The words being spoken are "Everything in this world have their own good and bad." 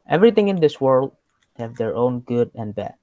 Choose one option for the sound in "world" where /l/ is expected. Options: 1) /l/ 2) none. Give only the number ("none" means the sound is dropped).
1